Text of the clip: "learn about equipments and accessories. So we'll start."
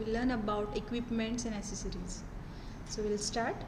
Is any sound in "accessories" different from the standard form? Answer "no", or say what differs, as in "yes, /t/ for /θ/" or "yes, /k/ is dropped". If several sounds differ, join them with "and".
yes, /k/ is dropped